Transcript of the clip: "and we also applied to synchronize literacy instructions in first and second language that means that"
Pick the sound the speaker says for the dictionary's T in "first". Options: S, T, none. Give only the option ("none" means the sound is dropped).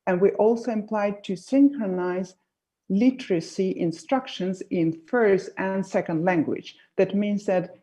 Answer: T